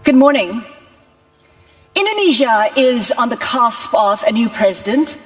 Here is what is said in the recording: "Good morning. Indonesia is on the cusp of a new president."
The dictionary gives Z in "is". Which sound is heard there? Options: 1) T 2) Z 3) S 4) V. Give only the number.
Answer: 2